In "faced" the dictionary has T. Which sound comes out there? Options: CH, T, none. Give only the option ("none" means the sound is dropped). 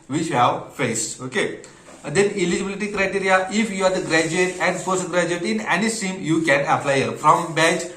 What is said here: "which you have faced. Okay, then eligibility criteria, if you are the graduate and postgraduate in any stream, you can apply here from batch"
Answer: none